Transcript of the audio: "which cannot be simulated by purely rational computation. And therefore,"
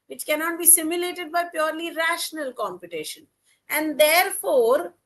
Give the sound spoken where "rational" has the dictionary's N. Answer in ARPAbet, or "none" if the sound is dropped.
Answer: N